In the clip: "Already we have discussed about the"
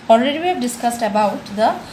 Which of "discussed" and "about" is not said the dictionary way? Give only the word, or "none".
none